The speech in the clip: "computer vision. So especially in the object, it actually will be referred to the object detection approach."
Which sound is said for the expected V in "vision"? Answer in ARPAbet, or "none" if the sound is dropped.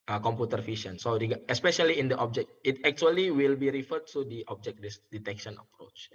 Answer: F